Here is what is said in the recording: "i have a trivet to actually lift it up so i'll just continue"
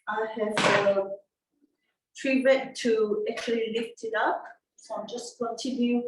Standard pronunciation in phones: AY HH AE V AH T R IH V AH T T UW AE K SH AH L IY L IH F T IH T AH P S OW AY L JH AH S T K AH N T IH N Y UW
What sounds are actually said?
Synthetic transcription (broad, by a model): AY HH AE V AH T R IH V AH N T UW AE K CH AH L IY L IH F T IH T AH P S OW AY JH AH S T K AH N T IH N Y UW